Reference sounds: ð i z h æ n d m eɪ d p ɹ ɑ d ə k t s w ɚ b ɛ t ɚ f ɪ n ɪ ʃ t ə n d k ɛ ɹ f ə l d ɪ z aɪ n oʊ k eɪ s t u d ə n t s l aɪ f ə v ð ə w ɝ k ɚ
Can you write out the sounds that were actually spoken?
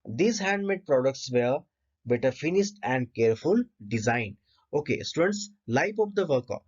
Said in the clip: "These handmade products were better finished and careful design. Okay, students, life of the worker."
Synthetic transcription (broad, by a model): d i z h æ n d m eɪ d p ɹ ɑ d ə k t s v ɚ b ɛ t ɚ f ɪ n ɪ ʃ t ə n d k ɛ ɹ f ə l d ɪ z aɪ n oʊ k eɪ s t u d ə n t s l aɪ p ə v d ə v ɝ k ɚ